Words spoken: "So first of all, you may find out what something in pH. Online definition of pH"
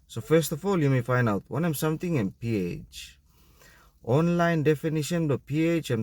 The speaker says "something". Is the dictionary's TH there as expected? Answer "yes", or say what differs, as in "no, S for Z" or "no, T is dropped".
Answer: no, T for TH